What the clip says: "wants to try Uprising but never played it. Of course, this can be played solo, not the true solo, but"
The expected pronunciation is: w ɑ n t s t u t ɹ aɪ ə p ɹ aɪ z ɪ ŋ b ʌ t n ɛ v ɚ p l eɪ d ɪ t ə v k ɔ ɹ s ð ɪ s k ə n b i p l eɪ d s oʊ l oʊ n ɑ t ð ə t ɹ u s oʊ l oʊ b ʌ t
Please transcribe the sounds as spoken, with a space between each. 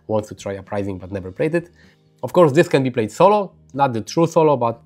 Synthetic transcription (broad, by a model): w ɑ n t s t u t ɹ aɪ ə p ɹ aɪ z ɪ ŋ b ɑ t n ɛ v ɚ p l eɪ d ɪ t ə f k ɔ ɹ s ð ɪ s k ə n b i p l eɪ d s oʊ l oʊ n ɑ t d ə t ɹ u s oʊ l oʊ b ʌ t